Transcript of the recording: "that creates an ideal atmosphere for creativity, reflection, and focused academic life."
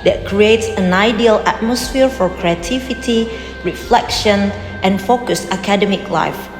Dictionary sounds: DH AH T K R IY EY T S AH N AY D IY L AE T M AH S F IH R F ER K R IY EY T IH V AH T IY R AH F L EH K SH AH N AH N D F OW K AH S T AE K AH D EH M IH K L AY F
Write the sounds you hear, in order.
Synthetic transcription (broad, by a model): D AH T K R IY EY T S AH N AY D IY L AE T M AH S F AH R F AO K R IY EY T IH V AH T IY R AH F L EH K SH AH N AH N F OW K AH S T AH K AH D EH M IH K L AY F